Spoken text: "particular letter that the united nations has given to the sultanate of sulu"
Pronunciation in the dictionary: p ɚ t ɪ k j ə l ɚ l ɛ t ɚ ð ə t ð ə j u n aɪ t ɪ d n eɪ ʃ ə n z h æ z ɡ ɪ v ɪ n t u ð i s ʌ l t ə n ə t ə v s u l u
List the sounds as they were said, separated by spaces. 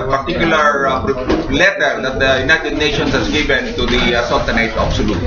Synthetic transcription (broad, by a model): p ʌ t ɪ k j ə l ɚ l ɛ t ɚ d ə t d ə j u n aɪ t ɪ d n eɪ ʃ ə n s h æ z ɡ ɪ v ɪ n t u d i s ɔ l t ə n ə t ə b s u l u